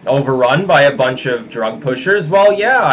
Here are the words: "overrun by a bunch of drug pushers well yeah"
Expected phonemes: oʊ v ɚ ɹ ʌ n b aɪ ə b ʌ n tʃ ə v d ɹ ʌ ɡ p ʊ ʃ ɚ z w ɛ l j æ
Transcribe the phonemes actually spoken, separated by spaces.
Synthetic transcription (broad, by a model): oʊ v ɚ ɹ ʌ n b aɪ ə b ʌ n tʃ ə v d ɹ ʌ ɡ p ʊ ʃ ɚ z w ɛ l j æ